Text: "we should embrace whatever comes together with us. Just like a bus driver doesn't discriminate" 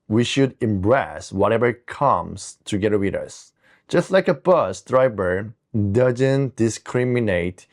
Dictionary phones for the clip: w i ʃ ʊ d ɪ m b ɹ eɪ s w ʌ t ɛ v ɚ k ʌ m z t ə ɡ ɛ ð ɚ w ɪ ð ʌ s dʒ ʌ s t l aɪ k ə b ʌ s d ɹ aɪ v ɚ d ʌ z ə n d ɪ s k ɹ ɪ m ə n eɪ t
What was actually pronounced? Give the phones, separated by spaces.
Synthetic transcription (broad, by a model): w i ʃ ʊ d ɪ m b ɹ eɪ s w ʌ t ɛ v ɚ k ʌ m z t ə ɡ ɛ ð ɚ w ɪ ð ʌ s dʒ ʌ s t l aɪ k ə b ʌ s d ɹ aɪ b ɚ d ʌ z ə n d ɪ s k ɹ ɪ m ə n eɪ t